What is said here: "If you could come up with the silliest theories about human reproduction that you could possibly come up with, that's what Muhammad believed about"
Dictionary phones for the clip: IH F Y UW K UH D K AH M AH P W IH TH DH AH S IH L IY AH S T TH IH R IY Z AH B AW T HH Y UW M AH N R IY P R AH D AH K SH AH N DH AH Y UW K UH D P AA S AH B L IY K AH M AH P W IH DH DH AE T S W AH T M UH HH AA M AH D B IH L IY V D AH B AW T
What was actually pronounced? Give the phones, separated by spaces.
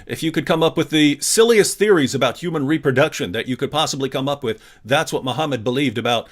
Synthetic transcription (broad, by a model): IH F Y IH K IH D K AH M AH P W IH DH AH S IH L IY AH S TH IH R IY Z AH B AW T HH Y UW M AH N R IY P R AH D AH K SH AH N DH AH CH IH K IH D P AA S AH B L IY K AH M AH P W IH DH DH AE T S W AH T M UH HH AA M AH D B IH L IY V D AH B AW T